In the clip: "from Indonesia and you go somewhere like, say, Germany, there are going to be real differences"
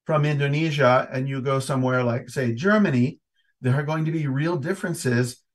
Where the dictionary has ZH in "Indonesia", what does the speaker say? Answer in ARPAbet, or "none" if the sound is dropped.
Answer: ZH